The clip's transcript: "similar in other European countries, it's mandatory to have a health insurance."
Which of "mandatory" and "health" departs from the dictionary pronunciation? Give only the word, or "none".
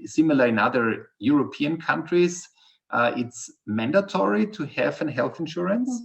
none